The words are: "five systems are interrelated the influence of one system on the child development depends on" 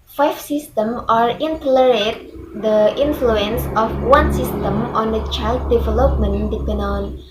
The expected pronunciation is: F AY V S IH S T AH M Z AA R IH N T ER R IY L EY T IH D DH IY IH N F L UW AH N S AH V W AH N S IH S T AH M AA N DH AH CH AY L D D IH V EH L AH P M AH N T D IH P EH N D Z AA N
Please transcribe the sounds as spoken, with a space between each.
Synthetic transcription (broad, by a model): F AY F S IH S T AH M AA R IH N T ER L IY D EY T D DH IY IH N F L UW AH N S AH F W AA N S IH S T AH M AA N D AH CH AY L D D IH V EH L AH P M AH N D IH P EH N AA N